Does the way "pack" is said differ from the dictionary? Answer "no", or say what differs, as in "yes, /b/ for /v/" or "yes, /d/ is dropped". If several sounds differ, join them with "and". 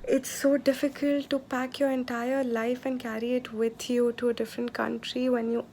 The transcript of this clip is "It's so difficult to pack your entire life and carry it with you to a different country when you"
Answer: no